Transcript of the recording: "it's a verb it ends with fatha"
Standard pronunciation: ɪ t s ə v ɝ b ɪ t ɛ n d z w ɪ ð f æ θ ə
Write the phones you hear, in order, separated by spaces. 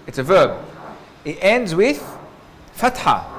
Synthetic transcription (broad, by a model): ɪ t s ə v ɝ b ɪ t ɛ n d z w ɪ ð f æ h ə